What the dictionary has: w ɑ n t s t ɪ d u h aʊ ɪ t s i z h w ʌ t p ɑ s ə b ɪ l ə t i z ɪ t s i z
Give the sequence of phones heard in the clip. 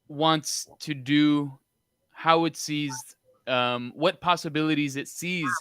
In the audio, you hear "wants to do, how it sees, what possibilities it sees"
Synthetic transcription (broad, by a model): w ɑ n t s t ɪ d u h aʊ ɪ t s i z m w ʌ t p ɑ s ə b ɪ l ə t i z ɪ t s i z